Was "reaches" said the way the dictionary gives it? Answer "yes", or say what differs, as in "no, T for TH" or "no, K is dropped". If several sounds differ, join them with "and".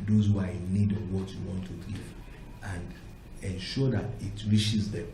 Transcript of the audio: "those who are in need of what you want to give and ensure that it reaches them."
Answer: no, SH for CH